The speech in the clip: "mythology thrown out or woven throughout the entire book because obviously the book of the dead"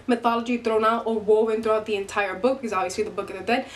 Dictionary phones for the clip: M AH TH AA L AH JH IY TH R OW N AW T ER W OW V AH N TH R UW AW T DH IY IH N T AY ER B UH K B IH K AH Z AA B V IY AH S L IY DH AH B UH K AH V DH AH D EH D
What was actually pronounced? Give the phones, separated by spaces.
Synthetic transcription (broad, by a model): M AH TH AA L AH JH IY T R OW N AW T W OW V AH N T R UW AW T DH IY IH N T AY ER B UH K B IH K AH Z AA V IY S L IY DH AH B UH K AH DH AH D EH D